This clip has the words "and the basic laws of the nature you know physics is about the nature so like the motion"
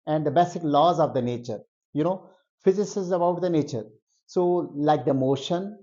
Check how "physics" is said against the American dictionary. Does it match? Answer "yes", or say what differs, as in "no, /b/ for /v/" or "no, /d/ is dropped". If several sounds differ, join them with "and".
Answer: no, /k/ is dropped